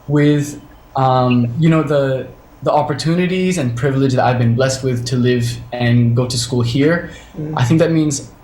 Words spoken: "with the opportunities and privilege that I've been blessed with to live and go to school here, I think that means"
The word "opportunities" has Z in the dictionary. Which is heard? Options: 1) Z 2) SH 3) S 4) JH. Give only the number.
1